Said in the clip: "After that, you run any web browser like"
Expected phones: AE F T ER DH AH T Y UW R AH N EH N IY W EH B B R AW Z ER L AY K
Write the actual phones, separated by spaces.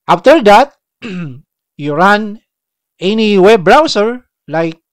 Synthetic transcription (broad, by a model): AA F T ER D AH T Y UW R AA N EH N IY W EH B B R AW S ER L AY K